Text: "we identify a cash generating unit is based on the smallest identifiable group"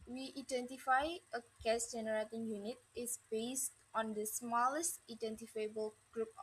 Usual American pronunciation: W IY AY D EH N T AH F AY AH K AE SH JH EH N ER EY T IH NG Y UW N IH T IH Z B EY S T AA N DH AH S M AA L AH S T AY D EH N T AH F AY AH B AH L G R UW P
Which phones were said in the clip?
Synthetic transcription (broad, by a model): W IY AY D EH N T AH F AY AH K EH S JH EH N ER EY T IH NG Y UW N IH T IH S B EY S T AA N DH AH S M AA L AH S T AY D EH N T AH F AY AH B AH L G R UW P